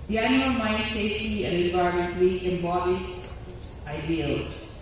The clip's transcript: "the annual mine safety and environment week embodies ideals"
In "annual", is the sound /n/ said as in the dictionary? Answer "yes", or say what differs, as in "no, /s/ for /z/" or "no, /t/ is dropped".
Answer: no, /n/ is dropped